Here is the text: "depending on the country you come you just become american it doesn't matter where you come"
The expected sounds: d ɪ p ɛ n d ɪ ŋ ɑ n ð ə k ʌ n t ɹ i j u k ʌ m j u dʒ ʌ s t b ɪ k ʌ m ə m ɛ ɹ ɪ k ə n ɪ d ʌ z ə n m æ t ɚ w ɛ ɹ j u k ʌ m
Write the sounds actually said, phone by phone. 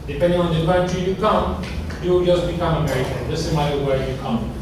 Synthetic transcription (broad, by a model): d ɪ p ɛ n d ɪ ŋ ɑ n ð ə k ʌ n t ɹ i j u k ʌ m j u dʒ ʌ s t b ɪ k ʌ m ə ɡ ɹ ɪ ə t ɪ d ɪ s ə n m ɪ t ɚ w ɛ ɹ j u k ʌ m